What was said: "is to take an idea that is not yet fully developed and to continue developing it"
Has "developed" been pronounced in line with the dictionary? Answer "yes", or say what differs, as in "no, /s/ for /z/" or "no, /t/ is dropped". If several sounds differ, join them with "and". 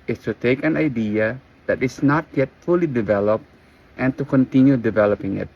yes